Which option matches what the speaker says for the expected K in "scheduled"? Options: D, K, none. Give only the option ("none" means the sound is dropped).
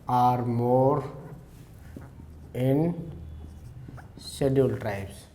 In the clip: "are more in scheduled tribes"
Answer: none